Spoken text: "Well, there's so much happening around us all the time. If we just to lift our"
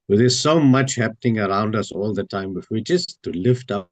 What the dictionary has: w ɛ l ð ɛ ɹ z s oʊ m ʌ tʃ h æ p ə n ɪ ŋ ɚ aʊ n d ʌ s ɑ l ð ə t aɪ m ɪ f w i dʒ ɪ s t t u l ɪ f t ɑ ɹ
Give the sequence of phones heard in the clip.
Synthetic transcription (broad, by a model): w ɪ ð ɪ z s oʊ m ʌ tʃ h æ p ə n ɪ ŋ ɚ aʊ n d ʌ s ɑ l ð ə t aɪ m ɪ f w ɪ tʃ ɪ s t t u l ɪ f t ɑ